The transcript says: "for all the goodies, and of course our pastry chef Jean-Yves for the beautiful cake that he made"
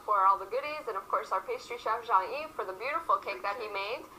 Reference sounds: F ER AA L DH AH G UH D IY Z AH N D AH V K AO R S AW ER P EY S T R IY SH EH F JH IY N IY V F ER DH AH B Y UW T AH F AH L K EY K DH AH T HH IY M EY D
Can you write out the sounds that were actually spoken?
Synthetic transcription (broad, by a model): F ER AA L DH AH G UH D IY Z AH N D AH V K AO R S AW ER P EY S T R IY SH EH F ZH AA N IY F ER DH AH B Y UW T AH F L K EY K DH AH T HH IY M EY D